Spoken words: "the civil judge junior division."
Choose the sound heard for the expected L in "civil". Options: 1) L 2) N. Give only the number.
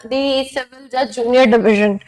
2